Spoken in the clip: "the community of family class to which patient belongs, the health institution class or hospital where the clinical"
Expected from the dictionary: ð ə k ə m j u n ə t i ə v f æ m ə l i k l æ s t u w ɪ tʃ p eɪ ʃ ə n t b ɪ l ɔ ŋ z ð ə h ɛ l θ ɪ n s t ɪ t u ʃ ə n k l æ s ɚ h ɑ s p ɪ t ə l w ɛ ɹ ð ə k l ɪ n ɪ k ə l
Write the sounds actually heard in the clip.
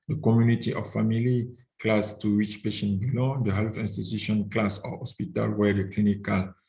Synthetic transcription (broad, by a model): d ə k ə m j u n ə t i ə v f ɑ m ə l i k l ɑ s t u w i tʃ p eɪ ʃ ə n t b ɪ l ɔ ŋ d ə h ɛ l f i n s t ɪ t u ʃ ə n k l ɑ s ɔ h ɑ s p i t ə l w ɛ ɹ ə k l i n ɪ k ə l